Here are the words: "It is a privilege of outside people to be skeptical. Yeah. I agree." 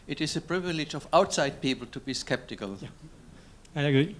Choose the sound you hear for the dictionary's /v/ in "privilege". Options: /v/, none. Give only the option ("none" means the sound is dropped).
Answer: /v/